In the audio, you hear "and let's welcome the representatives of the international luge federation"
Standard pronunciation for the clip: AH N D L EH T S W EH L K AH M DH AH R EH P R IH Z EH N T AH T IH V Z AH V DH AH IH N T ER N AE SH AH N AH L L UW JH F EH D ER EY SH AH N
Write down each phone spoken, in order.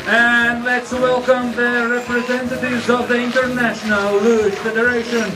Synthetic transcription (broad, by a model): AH N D L EH T S W EH L K AH M DH AH R EH P R IH Z EH N T AH T IH V Z AH V DH AH IH N T ER N AE SH AH N AH L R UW SH F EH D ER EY SH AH N